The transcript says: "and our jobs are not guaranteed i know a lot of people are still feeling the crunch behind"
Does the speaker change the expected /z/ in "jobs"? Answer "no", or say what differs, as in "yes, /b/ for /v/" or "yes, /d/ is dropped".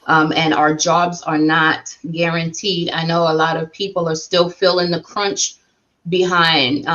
no